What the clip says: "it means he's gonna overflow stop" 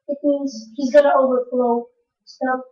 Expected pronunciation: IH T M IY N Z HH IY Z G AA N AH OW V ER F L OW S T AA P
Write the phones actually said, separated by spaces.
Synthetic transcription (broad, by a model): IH T M IY N Z HH IY Z G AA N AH OW V ER F L OW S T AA